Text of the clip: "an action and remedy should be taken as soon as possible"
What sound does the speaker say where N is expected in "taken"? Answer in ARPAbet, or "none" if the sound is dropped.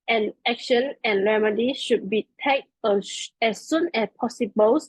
none